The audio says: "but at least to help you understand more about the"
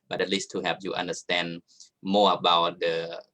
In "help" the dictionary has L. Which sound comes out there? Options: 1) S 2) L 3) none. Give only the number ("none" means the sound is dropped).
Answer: 3